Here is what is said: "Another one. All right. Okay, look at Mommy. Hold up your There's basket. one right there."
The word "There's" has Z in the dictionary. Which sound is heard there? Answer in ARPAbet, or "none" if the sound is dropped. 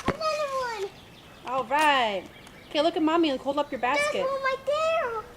none